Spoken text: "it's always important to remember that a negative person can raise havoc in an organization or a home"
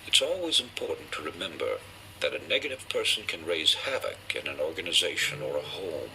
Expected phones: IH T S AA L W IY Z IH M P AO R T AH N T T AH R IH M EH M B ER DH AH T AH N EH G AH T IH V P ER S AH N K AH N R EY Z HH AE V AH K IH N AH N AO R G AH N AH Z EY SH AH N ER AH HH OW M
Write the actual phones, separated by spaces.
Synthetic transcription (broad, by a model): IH T S AA L W IY Z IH M P AO R T N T T AH R IH M EH M B ER DH AH T AH N EH G AH T IH V P ER S N K AH N R EY Z HH AE V AH K IH N AH N AO R G AH N AH Z EY SH AH N ER AH HH OW M